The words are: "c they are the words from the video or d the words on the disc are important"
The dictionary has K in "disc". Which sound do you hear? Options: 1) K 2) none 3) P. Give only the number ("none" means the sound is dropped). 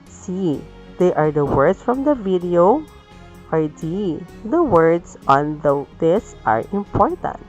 2